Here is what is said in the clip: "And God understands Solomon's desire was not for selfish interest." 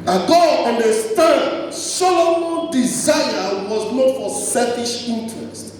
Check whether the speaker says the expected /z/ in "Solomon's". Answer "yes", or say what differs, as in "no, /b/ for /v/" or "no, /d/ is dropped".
no, /z/ is dropped